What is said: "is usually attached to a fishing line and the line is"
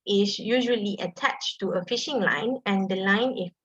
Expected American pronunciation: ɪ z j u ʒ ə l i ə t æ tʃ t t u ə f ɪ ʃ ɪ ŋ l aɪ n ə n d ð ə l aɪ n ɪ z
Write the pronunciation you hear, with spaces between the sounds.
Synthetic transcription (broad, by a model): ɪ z j u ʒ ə l i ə t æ tʃ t t u ə f ɪ ʃ ɪ ŋ l aɪ n ə n d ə l aɪ n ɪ